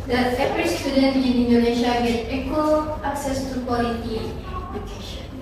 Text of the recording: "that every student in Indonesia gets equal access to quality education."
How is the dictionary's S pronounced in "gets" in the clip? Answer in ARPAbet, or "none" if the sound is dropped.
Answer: none